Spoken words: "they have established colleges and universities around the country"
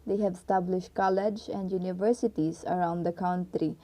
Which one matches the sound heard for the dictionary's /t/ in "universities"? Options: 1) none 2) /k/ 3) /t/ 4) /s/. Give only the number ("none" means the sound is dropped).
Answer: 3